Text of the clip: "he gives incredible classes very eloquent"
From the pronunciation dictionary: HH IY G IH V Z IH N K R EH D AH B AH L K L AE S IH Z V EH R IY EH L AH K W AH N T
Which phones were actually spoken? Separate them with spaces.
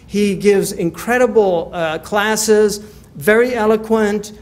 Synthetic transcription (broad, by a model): HH IY G IH V Z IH N K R EH D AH B L K L AE S IH Z V EH R IY EH L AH K W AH N T